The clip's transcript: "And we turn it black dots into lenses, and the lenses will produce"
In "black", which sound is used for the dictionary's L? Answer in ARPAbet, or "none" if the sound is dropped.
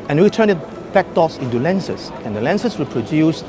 none